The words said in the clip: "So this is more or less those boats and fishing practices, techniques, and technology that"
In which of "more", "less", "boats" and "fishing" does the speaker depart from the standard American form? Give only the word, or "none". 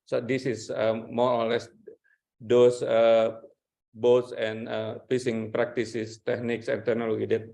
fishing